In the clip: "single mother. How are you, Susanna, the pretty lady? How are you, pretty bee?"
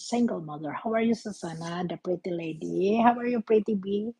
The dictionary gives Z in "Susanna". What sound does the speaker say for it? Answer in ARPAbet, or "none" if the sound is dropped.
S